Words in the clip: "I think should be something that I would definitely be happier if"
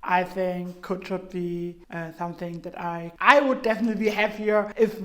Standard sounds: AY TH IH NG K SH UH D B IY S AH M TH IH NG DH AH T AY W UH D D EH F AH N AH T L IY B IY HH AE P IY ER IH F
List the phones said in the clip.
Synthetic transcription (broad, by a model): AY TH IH NG K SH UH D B IY S AH M TH IH NG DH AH T AY W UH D D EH F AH N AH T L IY B IY HH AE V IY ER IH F